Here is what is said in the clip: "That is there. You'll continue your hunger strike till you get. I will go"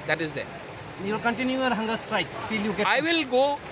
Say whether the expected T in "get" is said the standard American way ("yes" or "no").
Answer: no